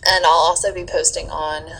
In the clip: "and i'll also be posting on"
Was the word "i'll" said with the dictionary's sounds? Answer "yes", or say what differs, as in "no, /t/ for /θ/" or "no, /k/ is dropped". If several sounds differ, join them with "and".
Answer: yes